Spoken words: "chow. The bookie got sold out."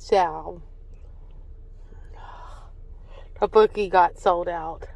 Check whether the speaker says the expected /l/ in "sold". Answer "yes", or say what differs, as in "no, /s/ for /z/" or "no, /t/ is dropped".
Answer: yes